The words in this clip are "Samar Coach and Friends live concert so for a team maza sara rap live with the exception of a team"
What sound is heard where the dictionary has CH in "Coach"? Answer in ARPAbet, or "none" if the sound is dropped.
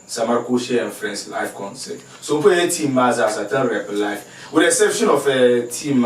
SH